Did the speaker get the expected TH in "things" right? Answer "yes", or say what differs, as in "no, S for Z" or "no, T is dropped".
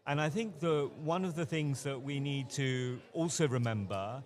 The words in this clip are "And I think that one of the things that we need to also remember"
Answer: yes